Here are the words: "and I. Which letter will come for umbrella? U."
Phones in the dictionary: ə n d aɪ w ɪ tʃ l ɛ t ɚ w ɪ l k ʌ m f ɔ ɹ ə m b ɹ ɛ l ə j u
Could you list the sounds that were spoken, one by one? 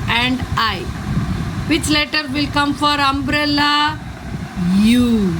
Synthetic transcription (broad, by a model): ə n d aɪ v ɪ tʃ l ɛ t ɚ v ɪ l k ʌ m f ɔ ɹ ə m b ɹ ɛ l ə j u